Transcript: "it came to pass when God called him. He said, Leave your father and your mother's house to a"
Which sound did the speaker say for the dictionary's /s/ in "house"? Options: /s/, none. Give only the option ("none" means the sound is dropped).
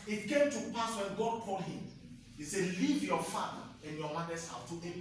none